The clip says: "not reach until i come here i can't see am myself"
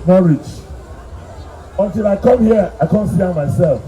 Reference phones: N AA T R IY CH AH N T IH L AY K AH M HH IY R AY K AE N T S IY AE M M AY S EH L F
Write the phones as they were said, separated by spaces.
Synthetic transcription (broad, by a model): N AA R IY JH AH N T IH L AY K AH M HH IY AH AY K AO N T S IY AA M M AY S EH L F